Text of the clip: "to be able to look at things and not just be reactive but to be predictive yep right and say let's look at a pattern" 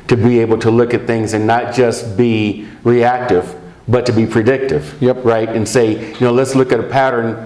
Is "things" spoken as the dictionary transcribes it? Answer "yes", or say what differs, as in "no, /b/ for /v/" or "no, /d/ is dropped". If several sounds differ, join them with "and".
yes